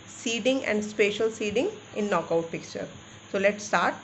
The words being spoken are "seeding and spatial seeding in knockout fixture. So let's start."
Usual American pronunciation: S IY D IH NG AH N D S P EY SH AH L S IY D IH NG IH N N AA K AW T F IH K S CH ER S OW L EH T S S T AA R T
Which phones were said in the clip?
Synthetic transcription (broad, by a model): S IY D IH NG AH N D S P EY SH AH L S IY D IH NG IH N N AA K AW T P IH K CH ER S OW L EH T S S T AA R T